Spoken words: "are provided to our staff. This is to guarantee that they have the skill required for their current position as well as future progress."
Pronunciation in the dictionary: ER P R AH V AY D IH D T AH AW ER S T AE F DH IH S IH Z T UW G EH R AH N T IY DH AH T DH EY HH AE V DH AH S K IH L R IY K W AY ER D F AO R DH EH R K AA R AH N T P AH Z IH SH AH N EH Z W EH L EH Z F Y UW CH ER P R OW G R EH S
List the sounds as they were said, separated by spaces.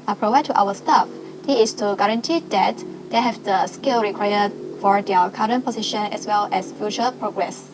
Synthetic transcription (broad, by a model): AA P R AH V AY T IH T AW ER S T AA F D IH IH S T UW G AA R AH N T IY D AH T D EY HH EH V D AH S K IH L R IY K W AY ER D F AO R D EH K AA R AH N P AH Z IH SH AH N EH S W EH L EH S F Y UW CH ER P R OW G R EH S